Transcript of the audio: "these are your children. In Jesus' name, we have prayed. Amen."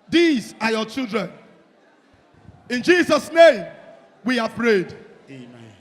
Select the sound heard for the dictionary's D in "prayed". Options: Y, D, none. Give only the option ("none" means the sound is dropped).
D